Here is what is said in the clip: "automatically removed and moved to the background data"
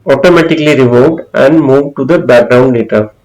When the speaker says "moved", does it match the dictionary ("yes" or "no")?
yes